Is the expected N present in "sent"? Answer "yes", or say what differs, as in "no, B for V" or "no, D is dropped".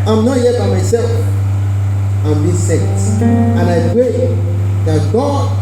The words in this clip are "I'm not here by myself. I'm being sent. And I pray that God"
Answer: no, N is dropped